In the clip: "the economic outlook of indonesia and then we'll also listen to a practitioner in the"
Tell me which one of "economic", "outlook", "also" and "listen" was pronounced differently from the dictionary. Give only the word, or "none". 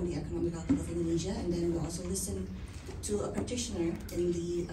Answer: outlook